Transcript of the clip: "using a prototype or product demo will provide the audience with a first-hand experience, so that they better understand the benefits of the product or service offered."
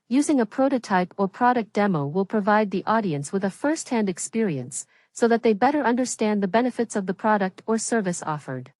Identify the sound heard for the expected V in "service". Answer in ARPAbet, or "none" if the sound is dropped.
V